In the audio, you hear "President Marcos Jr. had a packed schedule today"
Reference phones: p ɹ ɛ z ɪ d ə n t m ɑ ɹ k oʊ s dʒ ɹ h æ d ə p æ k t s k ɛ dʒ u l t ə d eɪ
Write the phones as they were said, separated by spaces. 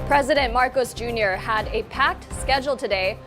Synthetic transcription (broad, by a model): p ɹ ɛ z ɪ d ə n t m ɑ ɹ k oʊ s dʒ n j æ d ə p æ k t s k ɛ dʒ l t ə d eɪ